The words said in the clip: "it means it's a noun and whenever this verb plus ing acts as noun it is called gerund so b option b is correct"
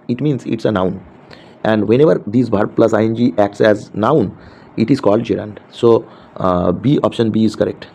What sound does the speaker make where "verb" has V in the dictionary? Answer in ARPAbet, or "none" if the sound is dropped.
B